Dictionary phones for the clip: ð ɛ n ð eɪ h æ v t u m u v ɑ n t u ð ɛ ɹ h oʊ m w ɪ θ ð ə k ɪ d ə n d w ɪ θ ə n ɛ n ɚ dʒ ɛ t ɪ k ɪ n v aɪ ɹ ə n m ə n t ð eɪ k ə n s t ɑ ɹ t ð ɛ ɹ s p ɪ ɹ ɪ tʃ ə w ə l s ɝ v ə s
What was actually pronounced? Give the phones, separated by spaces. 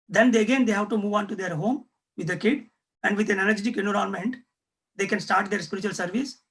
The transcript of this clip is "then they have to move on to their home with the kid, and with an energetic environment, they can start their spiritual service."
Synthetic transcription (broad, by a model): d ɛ n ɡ eɪ h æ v t u m u v ɑ n t u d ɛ ɹ h oʊ m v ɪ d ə k ɪ d ə n d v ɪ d ə n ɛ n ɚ dʒ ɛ t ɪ k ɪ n ɔ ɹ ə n m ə n t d eɪ k ə n s t ɑ ɹ t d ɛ ɹ s p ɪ ɹ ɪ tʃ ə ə l s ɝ v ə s